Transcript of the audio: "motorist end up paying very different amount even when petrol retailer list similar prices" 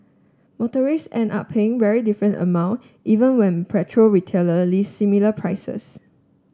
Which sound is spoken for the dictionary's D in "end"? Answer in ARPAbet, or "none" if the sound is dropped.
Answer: none